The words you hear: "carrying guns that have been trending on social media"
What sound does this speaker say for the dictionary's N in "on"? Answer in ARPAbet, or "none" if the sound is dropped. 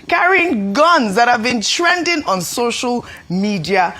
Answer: N